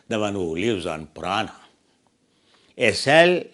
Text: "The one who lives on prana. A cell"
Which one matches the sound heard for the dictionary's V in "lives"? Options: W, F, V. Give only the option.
W